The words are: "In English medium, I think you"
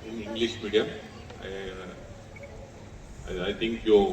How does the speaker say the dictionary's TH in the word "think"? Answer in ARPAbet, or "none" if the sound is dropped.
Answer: T